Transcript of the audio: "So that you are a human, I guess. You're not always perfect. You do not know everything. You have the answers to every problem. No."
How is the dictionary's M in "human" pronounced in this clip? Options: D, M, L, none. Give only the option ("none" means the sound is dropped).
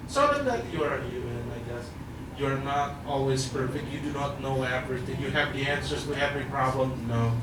none